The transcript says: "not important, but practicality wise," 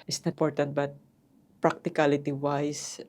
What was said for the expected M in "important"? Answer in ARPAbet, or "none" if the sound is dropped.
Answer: none